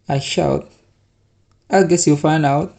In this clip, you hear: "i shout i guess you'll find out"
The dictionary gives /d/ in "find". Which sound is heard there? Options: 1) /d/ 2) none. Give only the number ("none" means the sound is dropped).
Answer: 2